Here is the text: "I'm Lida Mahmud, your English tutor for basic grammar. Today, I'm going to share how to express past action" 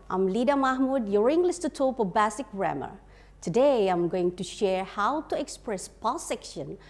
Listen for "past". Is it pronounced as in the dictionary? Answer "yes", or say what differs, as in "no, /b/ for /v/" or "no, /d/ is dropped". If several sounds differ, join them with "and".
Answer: no, /t/ is dropped